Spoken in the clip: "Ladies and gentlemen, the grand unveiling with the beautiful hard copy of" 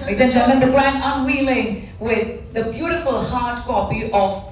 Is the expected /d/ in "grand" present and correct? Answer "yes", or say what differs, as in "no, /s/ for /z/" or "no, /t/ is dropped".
no, /d/ is dropped